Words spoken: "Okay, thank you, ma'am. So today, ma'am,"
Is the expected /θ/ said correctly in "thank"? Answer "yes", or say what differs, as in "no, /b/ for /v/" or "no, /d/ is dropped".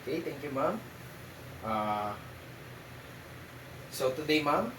no, /t/ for /θ/